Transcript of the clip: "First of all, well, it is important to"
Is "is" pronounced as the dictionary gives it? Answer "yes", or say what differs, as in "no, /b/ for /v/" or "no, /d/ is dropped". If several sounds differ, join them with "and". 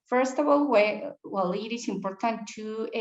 no, /s/ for /z/